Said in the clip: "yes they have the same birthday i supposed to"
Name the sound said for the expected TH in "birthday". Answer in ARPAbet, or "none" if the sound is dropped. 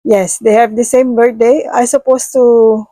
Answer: T